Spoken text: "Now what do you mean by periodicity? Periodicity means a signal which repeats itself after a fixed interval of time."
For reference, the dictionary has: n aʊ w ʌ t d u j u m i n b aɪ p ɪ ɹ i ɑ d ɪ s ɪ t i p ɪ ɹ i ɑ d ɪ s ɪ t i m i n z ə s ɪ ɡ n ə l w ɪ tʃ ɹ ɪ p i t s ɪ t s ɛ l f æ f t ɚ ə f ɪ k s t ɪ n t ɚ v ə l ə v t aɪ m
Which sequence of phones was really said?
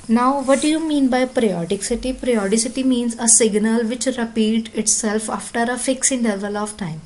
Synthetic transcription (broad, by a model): n aʊ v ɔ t d u j u m i n b aɪ p ɹ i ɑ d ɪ s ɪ t i p ɹ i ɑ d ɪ s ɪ t i m i n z ə s ɪ ɡ n ə l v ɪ tʃ ɹ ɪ p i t ɪ t s ɛ l f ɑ f t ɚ ə f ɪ k s ɪ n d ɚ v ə l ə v t aɪ m